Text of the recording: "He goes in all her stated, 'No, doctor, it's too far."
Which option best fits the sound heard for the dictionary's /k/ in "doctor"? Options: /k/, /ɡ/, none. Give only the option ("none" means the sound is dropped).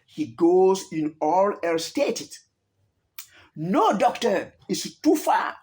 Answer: /k/